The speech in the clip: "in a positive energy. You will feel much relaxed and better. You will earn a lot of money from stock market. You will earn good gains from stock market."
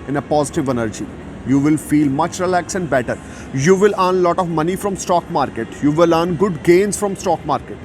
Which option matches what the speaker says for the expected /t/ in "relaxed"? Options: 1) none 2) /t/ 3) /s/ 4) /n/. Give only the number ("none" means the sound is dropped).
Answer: 1